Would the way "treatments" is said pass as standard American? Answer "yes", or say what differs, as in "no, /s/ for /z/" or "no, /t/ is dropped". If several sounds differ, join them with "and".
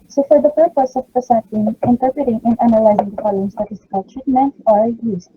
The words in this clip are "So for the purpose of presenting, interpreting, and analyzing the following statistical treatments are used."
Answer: no, /s/ is dropped